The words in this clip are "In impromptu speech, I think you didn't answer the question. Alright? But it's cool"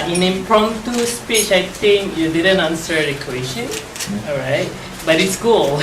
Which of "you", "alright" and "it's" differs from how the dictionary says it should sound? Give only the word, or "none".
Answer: alright